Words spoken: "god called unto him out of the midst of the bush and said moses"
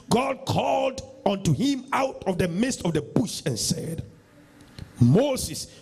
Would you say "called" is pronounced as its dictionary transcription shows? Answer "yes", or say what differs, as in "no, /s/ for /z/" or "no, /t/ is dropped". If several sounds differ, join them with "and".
yes